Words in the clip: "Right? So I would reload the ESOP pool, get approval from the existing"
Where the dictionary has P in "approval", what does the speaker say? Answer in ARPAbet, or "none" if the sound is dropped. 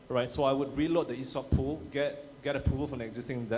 none